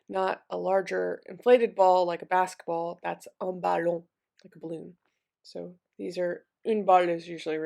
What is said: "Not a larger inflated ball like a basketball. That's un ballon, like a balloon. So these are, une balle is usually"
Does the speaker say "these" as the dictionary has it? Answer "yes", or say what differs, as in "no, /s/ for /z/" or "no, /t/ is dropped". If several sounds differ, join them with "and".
yes